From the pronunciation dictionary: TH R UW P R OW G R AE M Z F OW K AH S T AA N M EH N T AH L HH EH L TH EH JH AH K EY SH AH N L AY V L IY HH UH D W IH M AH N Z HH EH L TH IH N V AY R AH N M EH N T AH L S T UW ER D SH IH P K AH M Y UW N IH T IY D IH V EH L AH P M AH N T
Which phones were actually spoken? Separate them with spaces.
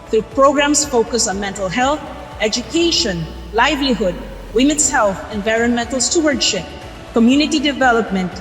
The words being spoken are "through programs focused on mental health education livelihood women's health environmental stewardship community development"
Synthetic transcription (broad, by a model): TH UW P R OW G R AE M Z F OW K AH S AA N M EH N T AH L HH EH L TH EH JH AH K EY SH AH N L AY V L IY HH UH D W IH M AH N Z HH EH L TH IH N V AY R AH N M EH N T L S T UW ER D SH IH P K AH M Y UW N IH T IY D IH V EH L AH P M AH N T